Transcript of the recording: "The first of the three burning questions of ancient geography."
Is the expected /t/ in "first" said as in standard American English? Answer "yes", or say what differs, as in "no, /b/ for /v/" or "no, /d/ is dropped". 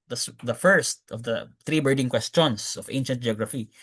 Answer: yes